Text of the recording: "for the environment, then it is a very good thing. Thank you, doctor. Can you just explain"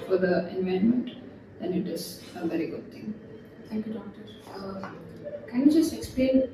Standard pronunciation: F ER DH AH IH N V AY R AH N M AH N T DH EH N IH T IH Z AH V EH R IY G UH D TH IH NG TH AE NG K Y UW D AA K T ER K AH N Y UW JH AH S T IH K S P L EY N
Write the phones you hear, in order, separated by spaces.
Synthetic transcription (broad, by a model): F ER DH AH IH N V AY AH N M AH N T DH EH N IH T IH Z AH V EH R IY G UH D T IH NG T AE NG K Y UW D AA K T ER K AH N Y UW JH AH S T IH K S P L EY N